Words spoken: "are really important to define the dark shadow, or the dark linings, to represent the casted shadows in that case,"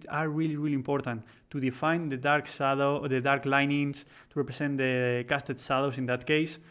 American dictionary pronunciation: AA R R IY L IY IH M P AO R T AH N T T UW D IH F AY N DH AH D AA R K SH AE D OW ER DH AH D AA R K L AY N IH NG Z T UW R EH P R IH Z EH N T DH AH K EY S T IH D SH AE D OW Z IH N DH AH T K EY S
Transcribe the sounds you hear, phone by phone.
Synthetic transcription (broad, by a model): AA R R IY L IY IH M P AO R T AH N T T UW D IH F AY N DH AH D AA R K S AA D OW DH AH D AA R K L AY N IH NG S T UW R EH P R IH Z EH N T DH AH K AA S T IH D S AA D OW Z IH N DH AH T K EY S